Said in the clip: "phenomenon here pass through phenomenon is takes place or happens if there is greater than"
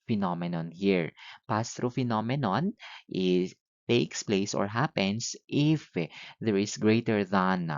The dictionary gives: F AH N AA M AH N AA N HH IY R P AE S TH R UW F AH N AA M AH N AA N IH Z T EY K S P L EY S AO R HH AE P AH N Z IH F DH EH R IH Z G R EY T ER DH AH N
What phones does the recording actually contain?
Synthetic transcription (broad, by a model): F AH N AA M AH N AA N HH IY R P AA S T R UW F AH N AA M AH N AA N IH T EY K S P L EY S AO R HH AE P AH N S IH F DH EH R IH S G R EY T ER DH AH N